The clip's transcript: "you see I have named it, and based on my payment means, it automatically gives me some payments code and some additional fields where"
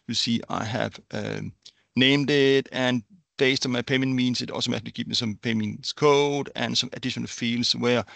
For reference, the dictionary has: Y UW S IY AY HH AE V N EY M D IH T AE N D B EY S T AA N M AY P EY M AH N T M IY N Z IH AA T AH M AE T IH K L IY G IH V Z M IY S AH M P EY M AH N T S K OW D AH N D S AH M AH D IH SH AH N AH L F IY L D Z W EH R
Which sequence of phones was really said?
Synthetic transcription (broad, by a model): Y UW S IY AY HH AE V N EY M D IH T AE N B EY S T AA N M AY P EY M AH N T M IY N S IH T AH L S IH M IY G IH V M IY S AH M P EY M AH N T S K OW D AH N S AH M AH D IH SH AH N AH L F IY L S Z W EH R